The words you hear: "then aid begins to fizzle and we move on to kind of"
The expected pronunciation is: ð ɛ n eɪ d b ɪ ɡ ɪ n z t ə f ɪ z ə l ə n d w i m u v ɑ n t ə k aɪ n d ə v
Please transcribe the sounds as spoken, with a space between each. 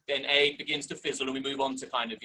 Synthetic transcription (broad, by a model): ð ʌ n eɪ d b ɪ ɡ ɪ n z t ə f ɪ z ə l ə n w i m u v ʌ n t ə k aɪ n d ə v